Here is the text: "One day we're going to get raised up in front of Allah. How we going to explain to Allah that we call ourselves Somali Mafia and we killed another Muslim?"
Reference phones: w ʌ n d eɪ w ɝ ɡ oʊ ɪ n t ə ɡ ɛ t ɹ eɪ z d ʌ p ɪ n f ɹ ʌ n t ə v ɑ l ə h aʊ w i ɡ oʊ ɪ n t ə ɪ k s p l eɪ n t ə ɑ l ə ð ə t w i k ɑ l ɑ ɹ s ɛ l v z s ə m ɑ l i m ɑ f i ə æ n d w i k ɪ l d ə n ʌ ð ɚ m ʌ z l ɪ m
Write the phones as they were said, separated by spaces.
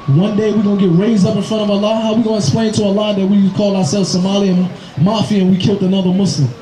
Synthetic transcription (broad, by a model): w ʌ n d eɪ w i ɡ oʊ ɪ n ɡ ɛ t ɹ eɪ z d ʌ p ɪ n f ɹ ʌ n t ə v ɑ l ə h aʊ w i ɡ oʊ ɪ n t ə ɪ k s p l eɪ n t ə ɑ l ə ð ə t w i k ɑ l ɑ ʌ s ɛ l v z s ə m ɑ l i m ɑ f i ə n w i k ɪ l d ə n ʌ ð ɚ m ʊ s l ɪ m